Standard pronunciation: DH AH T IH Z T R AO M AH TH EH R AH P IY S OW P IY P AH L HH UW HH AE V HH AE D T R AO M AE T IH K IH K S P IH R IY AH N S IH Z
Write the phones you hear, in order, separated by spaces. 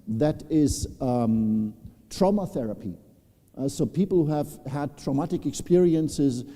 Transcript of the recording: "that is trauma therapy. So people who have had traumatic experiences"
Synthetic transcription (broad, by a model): DH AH T IH Z T R AO M AH TH EH R AH P IY S OW P IY P L HH UW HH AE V HH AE D T R AO M AE T IH K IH K S P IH R IY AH N S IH Z